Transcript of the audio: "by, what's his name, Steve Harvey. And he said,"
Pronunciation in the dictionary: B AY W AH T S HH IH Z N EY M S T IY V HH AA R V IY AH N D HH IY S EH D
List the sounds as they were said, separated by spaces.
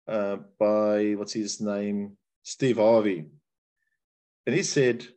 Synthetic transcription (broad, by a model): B AY W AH T S HH IH Z N EY M S T IY V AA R V IY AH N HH IY S EH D